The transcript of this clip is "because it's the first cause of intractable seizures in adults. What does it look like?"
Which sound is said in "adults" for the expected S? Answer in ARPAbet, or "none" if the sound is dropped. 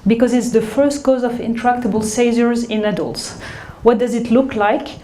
S